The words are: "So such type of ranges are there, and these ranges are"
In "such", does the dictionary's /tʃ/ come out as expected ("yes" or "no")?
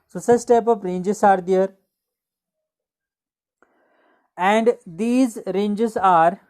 no